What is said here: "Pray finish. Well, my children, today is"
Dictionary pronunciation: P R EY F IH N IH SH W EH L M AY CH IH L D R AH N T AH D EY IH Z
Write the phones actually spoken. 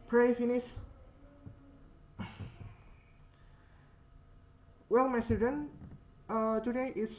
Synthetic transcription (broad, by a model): P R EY F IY N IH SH W EH L M AY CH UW D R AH N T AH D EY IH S